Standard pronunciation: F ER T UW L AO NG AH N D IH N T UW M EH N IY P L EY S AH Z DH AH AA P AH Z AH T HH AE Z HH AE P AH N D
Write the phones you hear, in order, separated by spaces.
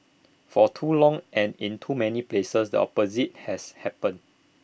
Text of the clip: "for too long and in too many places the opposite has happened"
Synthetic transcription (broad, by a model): F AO T UW L AO NG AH N IH N T UW M EH N IY P L EY S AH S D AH AA P AH Z AH T HH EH S HH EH P AH N